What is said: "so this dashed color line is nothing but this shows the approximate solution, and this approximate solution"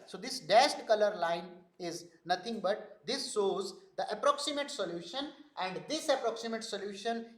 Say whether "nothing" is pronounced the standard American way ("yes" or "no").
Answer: no